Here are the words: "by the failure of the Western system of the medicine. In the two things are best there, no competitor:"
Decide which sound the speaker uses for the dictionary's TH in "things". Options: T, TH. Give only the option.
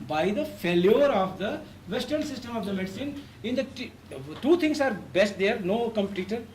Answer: T